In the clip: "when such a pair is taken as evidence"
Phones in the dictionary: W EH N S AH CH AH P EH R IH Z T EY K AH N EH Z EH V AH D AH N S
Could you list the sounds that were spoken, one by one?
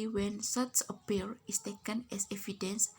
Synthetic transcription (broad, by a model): W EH N S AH S AH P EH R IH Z T EY K AH N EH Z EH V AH D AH N S